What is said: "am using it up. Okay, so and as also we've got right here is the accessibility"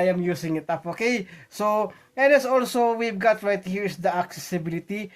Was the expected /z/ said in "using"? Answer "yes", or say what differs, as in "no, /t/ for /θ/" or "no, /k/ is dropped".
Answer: no, /s/ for /z/